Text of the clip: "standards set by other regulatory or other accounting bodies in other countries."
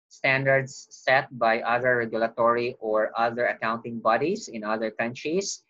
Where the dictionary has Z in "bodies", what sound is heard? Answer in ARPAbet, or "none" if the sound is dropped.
S